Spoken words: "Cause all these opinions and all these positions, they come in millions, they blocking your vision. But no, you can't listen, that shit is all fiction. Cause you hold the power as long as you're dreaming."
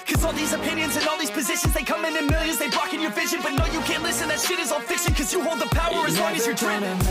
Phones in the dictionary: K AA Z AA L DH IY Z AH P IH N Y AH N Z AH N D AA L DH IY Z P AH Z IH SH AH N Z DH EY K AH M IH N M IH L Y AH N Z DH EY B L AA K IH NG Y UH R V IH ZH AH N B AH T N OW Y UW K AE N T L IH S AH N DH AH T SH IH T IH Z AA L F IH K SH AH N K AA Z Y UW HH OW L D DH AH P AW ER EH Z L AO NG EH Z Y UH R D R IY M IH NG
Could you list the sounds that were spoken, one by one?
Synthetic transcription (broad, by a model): K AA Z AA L DH IY Z AH P IH N Y AH N Z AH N AA L DH IY Z P AH Z IH SH AH N Z DH EY K AH M IH N M IH L Y AH N Z DH EY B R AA K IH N Y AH R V IH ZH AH N B AH T N OW Y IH K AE N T L IH S AH N DH AH T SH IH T IH Z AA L F IH K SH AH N K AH Z Y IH HH OW L D DH AH P AW ER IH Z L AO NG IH Z Y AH R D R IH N